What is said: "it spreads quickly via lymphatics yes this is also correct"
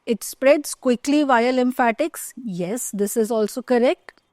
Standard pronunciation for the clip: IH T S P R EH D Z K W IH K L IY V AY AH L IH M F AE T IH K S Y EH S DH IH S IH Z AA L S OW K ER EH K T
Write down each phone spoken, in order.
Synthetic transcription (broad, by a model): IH T S P R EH D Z K W IH K L IY V AY AH L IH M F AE T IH K S Y EH S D IH S IH Z AA L S OW K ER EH K T